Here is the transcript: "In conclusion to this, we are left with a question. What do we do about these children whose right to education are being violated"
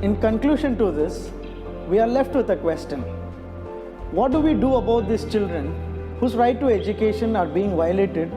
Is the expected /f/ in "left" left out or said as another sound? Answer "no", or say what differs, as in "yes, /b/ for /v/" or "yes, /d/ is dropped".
no